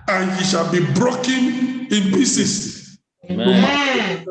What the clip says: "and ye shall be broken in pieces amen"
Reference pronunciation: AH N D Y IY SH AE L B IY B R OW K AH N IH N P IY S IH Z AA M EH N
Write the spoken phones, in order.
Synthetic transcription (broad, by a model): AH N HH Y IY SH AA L B IY B R OW K AH N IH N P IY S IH S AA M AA